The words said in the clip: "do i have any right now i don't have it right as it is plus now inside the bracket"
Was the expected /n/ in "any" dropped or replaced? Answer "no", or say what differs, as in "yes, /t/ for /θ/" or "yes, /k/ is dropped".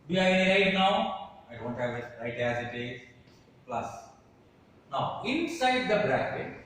yes, /n/ is dropped